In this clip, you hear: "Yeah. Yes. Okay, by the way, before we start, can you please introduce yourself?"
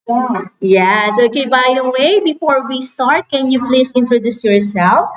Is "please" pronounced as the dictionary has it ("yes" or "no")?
no